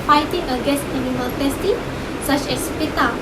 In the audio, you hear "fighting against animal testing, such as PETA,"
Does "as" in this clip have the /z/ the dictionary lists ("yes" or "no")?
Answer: no